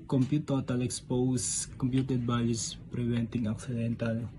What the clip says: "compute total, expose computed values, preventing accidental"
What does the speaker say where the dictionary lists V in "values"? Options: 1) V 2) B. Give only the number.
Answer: 2